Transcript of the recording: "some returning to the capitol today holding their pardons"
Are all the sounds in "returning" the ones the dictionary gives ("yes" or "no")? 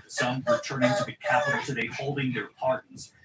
no